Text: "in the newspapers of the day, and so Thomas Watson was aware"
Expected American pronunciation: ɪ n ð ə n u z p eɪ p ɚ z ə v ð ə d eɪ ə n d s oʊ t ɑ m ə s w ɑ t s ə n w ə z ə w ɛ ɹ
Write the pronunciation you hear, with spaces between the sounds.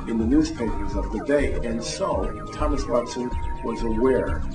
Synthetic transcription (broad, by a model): ɪ n ð ə n u z p eɪ p ɚ z ə v ð ə d eɪ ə n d s oʊ t ɑ m ə s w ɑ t s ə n w ə z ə w ɛ ɹ